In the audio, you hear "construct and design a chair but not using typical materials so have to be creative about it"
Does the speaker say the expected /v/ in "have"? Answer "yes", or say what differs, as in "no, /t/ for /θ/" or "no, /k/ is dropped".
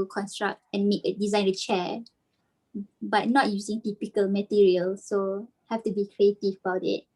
no, /f/ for /v/